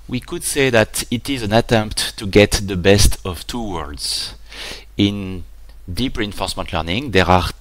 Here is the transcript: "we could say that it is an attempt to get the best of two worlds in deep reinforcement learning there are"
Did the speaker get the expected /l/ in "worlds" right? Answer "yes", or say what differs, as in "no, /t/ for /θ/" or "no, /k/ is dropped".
no, /l/ is dropped